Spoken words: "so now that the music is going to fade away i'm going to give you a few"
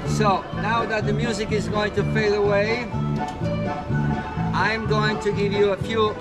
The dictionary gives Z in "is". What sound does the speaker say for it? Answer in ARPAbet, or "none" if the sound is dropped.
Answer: Z